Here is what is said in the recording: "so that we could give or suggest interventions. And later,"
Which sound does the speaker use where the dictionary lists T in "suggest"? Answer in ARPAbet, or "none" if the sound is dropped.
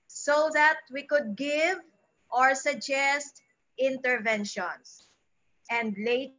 T